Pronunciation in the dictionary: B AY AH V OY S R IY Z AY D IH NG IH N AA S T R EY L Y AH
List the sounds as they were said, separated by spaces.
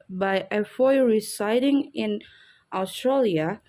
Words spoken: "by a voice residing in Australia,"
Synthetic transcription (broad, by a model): B AY AH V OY R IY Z AY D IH NG IH N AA S T R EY L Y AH